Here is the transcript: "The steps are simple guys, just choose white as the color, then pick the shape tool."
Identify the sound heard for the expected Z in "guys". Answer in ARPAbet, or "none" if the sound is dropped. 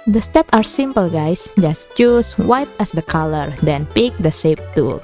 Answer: S